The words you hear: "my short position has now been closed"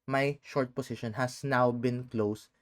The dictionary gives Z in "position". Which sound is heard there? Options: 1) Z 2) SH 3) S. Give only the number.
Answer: 3